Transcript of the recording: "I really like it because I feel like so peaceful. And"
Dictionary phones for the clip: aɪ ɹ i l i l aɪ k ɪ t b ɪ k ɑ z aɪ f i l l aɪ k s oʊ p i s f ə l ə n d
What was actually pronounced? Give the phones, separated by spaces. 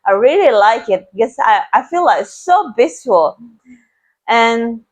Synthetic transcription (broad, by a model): aɪ ɹ i l i l aɪ k ɪ t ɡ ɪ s ɑ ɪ aɪ f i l l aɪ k s oʊ b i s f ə l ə n